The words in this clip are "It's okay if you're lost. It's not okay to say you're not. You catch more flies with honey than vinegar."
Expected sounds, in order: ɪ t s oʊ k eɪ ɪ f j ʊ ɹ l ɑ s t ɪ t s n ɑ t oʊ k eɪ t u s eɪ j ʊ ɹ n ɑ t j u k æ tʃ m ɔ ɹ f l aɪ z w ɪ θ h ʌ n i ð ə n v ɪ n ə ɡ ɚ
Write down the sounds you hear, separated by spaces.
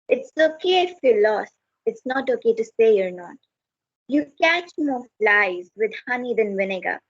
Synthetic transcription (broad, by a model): ɪ t s oʊ k eɪ ɪ f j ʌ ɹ l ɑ s ɪ t s n ɑ t oʊ k eɪ t u s eɪ j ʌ ɹ n ɑ t j u k æ tʃ m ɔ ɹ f l aɪ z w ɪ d h ʌ n i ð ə n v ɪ n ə ɡ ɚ